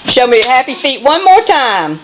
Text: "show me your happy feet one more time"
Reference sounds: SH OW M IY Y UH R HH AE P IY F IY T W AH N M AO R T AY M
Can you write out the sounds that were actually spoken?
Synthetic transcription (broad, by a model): SH OW M IY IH HH AE P IY F IY T W AH N M AO R T AY M